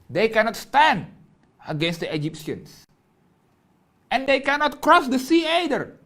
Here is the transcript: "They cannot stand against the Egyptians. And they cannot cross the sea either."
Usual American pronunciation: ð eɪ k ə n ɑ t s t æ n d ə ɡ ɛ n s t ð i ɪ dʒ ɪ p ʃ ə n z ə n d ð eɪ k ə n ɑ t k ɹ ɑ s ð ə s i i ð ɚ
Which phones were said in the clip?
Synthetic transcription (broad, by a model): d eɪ k ə n ɑ t s t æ n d ə ɡ ɛ n s t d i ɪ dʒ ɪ p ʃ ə n s ə n d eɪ k ə n ɑ t k ɹ ɑ s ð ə s i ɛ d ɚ